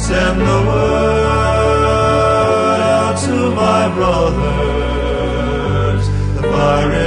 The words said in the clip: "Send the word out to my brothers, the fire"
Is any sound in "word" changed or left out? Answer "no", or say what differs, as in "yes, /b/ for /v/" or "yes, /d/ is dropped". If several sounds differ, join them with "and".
yes, /d/ is dropped